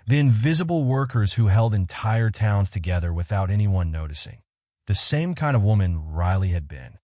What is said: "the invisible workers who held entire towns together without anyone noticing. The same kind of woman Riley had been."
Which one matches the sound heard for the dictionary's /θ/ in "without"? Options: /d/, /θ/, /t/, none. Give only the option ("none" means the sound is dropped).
/θ/